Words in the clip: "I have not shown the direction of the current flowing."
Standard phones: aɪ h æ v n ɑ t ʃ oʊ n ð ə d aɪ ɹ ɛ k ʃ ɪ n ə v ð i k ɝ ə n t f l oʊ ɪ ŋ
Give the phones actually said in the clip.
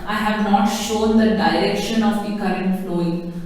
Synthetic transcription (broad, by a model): aɪ h æ v n ɑ t ʃ oʊ n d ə d aɪ ɹ ɛ k ʃ ɪ n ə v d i k ɝ ə n t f l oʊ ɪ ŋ